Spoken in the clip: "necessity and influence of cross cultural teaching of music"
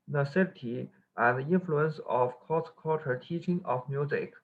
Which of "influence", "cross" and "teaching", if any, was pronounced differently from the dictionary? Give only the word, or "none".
cross